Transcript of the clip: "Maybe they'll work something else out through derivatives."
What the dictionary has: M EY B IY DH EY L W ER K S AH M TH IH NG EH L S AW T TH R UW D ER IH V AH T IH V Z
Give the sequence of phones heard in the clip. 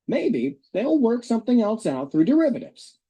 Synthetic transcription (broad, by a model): M EY B IY DH EY L W ER K S AH M TH IH NG EH L S AW T TH R UW D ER IH V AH T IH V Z